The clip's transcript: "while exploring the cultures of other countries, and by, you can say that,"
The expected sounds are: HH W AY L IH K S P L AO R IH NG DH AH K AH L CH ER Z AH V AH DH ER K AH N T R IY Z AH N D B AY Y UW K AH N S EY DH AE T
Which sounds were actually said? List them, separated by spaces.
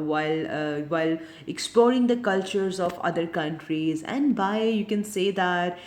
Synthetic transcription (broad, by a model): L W AY L IH K S P L AO R IH NG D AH K AH L CH ER Z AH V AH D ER K AH N T R IY Z AH N D B AY Y UW K AH N S EY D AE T